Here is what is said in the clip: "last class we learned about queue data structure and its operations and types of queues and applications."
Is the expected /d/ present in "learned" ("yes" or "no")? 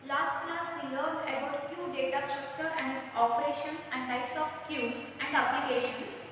no